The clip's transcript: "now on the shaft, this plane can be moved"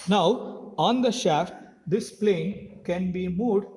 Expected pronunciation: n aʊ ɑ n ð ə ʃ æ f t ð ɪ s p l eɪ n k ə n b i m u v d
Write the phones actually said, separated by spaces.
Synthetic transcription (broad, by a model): n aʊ ɑ n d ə ʃ æ f t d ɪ s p l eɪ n k ə n b i m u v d